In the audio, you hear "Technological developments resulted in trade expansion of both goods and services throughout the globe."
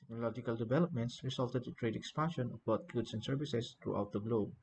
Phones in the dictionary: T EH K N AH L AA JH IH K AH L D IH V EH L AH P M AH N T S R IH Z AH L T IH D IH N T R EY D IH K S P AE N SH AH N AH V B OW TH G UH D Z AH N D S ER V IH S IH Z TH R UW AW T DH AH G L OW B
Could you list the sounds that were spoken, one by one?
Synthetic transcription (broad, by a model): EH K N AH L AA JH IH K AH L D IH V EH L AH P M AH N T S R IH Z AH L T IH D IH T R EY D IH K S P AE N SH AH N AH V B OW T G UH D S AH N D S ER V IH S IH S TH R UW AW T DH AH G L OW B